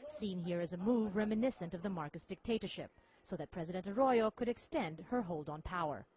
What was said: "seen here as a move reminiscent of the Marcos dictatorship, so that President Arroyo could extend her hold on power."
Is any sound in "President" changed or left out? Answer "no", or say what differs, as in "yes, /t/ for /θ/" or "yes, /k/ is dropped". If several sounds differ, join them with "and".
no